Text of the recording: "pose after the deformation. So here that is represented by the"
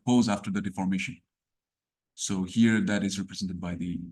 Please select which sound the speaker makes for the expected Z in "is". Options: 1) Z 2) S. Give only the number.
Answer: 1